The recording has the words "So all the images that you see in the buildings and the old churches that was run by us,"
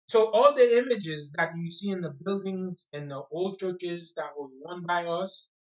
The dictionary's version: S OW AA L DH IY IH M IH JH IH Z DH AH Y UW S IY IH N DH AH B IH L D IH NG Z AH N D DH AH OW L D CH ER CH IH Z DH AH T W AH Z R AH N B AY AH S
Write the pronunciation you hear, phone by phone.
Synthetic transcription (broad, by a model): S OW AA L DH IY IH M IH JH IH Z DH AH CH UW S IY IH N DH AH B IH L D IH NG Z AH N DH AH OW L D CH ER CH IH Z DH AH T W AH Z W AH N B AY AH S